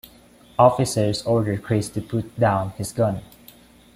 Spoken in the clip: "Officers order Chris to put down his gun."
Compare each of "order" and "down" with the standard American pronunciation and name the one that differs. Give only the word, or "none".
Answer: none